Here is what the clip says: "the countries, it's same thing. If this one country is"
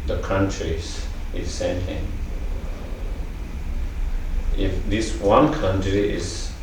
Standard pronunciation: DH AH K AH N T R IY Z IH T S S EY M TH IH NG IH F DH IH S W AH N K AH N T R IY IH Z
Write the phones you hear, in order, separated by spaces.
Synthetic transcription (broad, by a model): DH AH K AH N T R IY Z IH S S EY M T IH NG IH F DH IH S W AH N K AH N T R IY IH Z